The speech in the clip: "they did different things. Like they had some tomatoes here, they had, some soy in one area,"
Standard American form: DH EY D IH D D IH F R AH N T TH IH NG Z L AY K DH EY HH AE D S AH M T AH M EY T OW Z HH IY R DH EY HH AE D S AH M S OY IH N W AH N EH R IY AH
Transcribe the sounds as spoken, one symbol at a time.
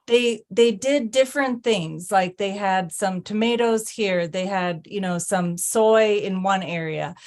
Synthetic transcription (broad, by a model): DH EY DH IH D D IH F R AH N TH IH NG Z L AY K DH EY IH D S AH M T AH M EY T OW Z HH IY R DH EY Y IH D S AH M S OY IH N W AH N EH R IY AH